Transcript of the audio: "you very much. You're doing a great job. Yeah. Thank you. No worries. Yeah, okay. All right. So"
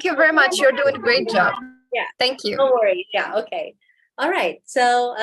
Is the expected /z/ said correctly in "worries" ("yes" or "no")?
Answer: no